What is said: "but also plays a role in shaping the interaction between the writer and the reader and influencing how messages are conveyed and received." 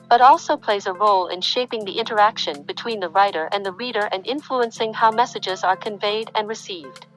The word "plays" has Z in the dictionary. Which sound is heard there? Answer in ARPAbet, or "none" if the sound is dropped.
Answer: Z